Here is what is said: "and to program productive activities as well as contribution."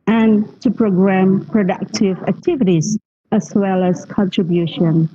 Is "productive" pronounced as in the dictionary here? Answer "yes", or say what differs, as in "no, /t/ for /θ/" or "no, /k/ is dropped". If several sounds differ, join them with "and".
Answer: yes